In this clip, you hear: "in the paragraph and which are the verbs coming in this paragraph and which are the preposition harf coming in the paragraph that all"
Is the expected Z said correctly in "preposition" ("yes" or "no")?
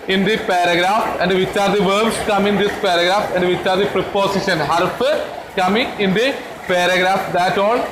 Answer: no